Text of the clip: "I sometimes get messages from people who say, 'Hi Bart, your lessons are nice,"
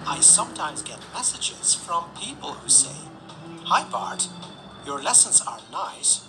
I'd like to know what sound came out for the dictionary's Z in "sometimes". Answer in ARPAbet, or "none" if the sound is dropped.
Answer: Z